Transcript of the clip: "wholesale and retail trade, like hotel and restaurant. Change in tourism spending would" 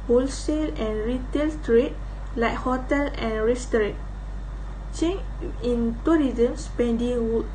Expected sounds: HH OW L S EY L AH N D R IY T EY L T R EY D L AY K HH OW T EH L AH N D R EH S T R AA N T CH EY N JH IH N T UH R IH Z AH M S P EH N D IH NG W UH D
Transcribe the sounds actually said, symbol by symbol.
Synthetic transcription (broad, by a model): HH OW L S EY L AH N R IY T EY L T R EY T L AY K HH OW T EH L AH N R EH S T R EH T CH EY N IH N T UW R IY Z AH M S P EH N D IH NG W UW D